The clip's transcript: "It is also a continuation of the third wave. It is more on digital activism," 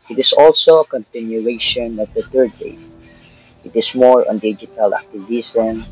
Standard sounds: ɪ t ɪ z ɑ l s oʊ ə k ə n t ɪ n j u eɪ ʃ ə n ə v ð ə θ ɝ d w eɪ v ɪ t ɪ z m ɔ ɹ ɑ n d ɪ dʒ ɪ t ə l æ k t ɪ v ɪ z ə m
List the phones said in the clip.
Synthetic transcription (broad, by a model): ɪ t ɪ s ɑ l s oʊ ə k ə n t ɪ n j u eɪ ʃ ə n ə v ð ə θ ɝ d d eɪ ɪ t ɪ s m ɔ ɹ ɑ n d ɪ dʒ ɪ t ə l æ k t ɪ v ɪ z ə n